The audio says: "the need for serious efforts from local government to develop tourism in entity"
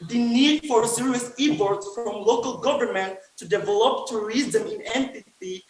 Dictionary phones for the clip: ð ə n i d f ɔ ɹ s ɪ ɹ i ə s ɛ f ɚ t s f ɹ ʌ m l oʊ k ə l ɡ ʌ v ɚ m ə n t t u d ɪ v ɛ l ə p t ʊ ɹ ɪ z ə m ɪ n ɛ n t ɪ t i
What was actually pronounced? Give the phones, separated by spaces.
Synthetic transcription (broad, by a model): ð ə n i d f ɔ ɹ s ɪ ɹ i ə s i p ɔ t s f ɹ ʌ m l oʊ k ə l ɡ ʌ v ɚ m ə n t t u d ɪ v ɛ l ə p t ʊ ɹ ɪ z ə m ɪ n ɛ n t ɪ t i